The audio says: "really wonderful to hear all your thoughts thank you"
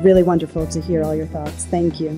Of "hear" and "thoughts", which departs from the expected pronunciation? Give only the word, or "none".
none